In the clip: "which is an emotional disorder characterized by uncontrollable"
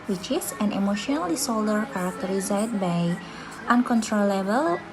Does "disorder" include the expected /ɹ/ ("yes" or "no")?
no